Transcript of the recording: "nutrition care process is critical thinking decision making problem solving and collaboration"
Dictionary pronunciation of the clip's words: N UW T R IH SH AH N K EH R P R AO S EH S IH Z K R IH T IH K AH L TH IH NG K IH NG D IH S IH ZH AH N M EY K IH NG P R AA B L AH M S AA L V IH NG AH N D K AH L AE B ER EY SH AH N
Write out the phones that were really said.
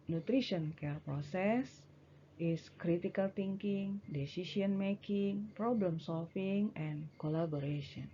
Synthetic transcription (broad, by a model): N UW T R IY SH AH N K EH R P R AO S EH S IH S K R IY T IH K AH L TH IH NG K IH NG D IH S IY S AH N M EY K IH NG P R AA B L AH M S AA L F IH NG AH N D K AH L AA B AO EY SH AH N